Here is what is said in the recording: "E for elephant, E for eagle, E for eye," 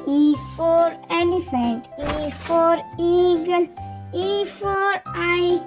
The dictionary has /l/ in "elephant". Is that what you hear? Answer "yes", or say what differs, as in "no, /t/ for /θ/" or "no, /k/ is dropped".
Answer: no, /n/ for /l/